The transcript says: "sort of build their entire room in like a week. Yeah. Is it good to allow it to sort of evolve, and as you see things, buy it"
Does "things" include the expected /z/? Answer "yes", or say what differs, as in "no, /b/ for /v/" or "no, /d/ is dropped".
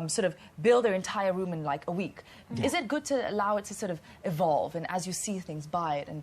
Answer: yes